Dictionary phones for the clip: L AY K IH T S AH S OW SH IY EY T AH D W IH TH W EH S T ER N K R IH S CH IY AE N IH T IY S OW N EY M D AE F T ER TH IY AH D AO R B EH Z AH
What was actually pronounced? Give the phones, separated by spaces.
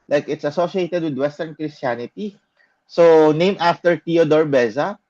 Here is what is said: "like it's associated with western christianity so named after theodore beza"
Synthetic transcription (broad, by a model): L AY K IH T S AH S OW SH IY EY T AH D W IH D W EH S T ER N K R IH S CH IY N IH T IY S OW N EY M AA F T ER T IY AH D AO R B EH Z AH